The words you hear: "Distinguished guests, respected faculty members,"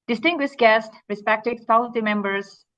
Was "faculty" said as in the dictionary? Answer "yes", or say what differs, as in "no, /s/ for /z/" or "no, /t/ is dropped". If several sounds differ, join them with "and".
no, /k/ is dropped and /n/ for /l/